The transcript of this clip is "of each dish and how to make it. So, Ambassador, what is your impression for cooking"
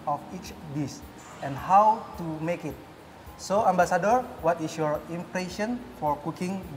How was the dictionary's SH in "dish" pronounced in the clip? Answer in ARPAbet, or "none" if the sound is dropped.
S